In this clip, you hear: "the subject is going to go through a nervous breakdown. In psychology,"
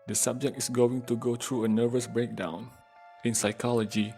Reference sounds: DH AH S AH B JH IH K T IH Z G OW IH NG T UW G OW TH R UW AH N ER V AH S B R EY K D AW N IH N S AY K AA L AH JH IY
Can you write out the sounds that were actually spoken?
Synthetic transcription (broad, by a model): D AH S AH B JH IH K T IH S G OW IH NG T UW G OW T R UW AH N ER V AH S B R EY K D AW N IH N S AY K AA L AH JH IY